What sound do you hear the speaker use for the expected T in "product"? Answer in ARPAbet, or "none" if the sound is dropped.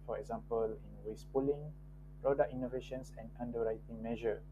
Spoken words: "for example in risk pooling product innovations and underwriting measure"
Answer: none